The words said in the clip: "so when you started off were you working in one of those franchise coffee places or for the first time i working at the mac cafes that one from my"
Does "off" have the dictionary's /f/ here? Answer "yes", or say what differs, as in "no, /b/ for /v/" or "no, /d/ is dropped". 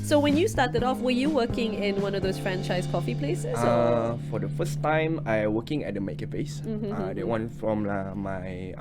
yes